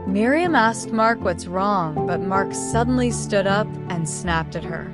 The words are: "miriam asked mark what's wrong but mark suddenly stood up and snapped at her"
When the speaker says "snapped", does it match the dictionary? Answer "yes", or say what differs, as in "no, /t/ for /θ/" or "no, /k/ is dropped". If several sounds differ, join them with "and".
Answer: yes